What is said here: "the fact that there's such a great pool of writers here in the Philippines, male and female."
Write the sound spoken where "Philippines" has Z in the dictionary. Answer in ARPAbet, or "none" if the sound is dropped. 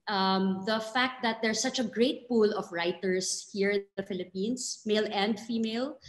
S